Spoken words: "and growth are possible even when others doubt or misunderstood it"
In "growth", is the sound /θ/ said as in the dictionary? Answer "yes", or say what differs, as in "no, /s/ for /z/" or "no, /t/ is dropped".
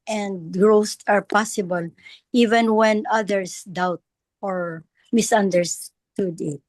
no, /t/ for /θ/